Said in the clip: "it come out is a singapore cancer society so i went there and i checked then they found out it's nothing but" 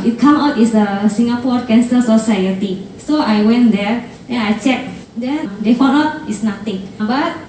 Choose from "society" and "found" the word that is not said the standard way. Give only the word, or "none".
found